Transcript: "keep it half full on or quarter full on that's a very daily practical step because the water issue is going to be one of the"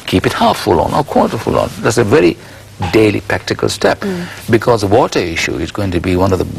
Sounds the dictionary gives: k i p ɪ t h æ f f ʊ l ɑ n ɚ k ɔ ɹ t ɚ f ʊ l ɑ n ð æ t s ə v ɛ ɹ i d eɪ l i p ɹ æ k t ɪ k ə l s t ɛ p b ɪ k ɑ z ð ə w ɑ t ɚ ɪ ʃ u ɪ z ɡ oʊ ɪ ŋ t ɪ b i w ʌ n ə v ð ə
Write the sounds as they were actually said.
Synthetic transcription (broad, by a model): k i p ɪ t h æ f f ʊ l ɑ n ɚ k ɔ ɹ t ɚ f ʊ l ɑ n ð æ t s ə v ɛ ɹ i d eɪ l i p ɹ æ k t ɪ k ə l s t ɛ p b ɪ k ɑ z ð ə w ɑ t ɚ ɪ ʃ u ɪ z ɡ oʊ ɪ ŋ t ɪ b i w ʌ n ə v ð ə